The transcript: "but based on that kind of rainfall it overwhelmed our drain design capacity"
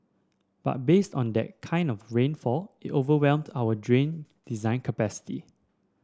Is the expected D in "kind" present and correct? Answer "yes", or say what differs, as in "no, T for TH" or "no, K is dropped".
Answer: yes